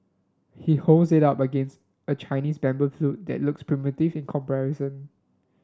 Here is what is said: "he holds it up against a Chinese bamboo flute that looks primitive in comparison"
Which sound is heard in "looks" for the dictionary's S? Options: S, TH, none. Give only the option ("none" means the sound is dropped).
S